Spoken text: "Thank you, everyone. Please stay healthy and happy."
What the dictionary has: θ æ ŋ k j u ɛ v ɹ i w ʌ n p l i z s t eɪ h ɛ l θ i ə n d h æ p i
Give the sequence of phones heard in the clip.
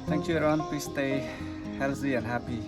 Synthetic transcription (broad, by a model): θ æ ŋ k j u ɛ ɹ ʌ n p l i s t eɪ h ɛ l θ i ə n d h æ p i